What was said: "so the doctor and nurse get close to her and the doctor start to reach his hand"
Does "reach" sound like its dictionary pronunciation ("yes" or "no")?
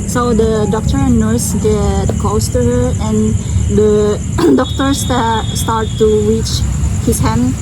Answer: yes